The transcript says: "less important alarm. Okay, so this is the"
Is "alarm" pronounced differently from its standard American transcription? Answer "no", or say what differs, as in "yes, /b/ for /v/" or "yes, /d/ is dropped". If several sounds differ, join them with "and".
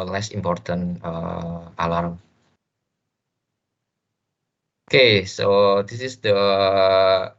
no